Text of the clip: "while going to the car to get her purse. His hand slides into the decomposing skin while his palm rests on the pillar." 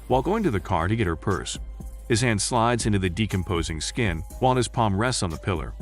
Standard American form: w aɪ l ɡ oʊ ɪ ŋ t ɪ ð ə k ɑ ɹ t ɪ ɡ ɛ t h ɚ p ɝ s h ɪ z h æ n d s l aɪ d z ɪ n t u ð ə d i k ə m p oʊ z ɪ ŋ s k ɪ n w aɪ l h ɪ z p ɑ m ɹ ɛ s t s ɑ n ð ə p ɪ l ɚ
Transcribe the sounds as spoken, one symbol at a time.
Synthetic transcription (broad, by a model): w aɪ l ɡ oʊ ɪ ŋ t ɪ ð ə k ɑ ɹ t ɪ ɡ ɛ t h ɚ p ɝ s h ɪ z h æ n d s l aɪ d z ɪ n t u ð ə d i k ə m p oʊ z ɪ ŋ s k ɪ n w aɪ l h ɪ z p ɑ m ɹ ɛ s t n ð ə p ɪ l ɚ